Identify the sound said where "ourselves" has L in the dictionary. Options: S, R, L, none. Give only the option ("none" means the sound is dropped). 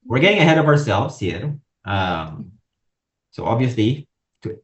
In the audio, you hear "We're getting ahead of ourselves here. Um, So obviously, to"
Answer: L